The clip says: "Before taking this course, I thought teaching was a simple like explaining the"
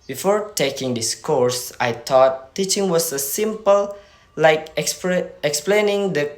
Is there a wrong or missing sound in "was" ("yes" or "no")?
yes